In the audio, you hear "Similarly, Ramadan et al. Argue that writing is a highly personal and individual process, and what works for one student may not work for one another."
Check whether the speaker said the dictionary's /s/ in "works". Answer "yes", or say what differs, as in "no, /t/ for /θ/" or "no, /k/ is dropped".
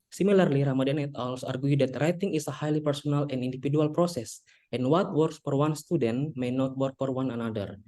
yes